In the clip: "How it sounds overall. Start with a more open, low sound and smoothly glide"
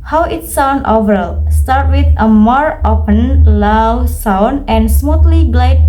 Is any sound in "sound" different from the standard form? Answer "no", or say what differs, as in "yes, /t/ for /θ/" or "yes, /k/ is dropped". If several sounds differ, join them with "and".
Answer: yes, /d/ is dropped